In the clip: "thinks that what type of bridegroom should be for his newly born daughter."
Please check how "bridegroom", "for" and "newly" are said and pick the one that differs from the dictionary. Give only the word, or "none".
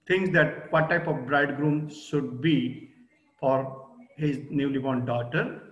none